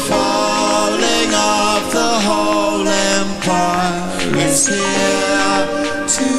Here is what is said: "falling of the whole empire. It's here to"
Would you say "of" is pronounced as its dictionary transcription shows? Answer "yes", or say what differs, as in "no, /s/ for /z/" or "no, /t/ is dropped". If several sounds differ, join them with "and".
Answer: no, /p/ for /v/